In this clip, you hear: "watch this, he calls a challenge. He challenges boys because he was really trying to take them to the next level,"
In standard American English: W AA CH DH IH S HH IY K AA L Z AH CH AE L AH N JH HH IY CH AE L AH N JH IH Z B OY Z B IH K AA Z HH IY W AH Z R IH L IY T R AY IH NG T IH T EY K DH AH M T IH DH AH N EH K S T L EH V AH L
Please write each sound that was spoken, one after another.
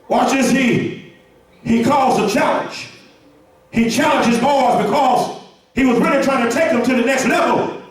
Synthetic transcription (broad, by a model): W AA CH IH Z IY IY K AA L Z AH CH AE L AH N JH HH IY CH AE L AH N JH IH Z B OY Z B IH K AA Z HH IY W AH Z R IH L IY T R AY IH NG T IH T EY K DH AH M T IH DH AH N EH K S T L EH V L